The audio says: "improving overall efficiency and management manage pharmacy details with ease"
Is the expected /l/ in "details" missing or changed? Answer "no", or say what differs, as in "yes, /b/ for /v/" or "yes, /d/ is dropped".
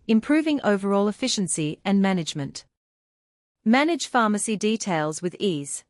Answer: no